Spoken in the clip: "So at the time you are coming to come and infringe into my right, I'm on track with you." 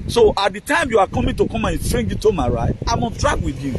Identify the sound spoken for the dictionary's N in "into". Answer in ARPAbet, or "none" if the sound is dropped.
none